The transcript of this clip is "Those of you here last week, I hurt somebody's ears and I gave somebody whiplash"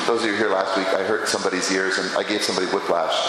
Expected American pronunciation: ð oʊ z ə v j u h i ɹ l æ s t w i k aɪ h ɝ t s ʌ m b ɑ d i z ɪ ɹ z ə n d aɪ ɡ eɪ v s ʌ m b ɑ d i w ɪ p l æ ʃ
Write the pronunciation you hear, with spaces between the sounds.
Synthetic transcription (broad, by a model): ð oʊ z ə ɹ h i ɹ l æ s t w i k aɪ h ɝ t s ʌ m b ɑ d i z ɪ ɹ z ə n aɪ ɡ eɪ v s ʌ m b ɑ d i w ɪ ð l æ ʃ